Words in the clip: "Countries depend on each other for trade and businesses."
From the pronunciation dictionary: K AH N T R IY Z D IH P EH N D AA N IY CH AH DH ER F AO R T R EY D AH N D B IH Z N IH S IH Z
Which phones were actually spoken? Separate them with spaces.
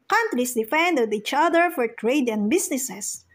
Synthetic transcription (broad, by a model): K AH N T R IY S D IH F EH N D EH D IY CH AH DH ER F AO R T R EY D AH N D B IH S N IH S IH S